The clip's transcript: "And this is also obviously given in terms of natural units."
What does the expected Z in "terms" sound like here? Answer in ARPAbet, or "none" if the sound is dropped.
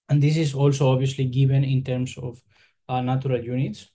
S